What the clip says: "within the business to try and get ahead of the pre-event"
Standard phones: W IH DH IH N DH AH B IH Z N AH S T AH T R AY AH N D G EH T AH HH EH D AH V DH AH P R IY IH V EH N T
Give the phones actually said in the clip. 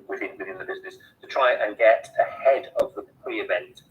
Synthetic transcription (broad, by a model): W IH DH IH N DH AH B IH Z N AH S T AH T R AY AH N G EH T AH HH EH D AH V DH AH P R IY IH V EH N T